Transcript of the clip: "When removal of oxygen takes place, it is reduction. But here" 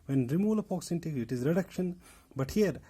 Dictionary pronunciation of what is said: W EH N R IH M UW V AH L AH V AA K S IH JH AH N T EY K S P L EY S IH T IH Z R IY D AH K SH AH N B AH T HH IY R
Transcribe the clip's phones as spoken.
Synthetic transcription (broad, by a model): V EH N R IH M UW L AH P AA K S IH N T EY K IH T IH Z R IY D AH K SH AH N B AH T HH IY R